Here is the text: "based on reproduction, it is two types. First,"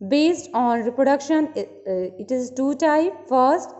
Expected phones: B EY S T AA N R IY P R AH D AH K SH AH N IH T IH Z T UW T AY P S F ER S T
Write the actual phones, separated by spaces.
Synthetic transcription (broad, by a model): B EY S T AA N R IY P R AH D AH K SH AH N IH T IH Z T UW T AY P F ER S T